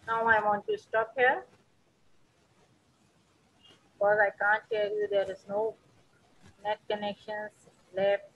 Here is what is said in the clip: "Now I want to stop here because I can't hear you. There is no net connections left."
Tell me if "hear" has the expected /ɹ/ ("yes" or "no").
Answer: no